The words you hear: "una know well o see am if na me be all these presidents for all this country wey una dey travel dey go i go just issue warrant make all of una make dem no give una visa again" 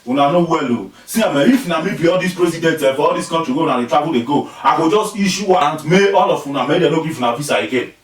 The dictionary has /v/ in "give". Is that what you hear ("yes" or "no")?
no